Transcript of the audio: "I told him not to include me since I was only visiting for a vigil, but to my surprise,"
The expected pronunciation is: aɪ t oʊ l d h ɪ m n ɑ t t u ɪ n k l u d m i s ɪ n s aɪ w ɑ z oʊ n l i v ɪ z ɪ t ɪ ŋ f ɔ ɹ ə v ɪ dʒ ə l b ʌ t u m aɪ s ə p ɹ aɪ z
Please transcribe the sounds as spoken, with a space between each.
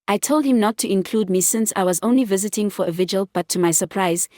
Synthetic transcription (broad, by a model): aɪ t oʊ l d h ɪ m n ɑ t t u ɪ n k l u d m i s ɪ n s aɪ w ɑ z oʊ n l i v ɪ z ɪ t ɪ ŋ f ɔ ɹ ə v ɪ dʒ ə l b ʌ t u m aɪ s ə p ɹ aɪ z